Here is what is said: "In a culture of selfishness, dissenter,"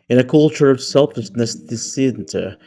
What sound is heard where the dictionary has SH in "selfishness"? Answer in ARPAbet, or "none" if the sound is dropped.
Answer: S